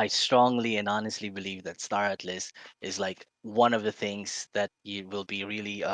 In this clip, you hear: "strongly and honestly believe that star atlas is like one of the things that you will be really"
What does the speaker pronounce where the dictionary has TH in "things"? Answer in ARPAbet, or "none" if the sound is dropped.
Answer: TH